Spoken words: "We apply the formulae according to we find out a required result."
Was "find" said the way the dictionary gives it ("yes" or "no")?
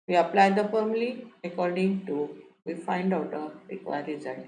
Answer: yes